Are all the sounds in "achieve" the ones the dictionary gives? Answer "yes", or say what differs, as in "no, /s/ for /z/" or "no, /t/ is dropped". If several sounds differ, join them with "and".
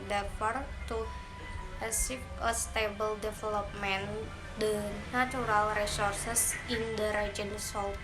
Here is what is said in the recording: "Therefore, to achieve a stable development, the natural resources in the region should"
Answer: no, /s/ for /tʃ/ and /p/ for /v/